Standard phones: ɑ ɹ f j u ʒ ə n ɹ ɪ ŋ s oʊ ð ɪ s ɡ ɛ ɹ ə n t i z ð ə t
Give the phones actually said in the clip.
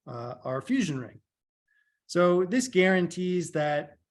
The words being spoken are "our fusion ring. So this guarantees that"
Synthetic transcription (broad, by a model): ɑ ɹ f j u ʒ ə n ɹ ɪ ŋ s oʊ ð ɪ s ɡ ɛ ɹ ə n t i z ð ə t